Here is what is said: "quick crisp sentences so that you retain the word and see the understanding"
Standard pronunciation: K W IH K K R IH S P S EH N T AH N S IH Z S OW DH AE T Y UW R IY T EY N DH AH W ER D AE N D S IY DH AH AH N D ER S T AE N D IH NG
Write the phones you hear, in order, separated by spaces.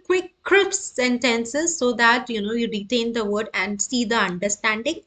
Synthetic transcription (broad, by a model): K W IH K K R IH P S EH N T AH N S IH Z S OW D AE T Y UW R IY T EY N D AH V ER D AE N D S IY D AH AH N D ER S T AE N D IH NG